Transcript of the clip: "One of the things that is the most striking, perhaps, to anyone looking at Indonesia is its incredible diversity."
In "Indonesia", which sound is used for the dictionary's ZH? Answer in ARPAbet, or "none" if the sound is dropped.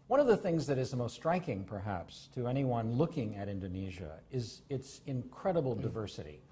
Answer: ZH